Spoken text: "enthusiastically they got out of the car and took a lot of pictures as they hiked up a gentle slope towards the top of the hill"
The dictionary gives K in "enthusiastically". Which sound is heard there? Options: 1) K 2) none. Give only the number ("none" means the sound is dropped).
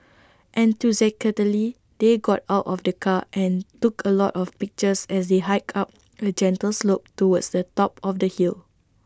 2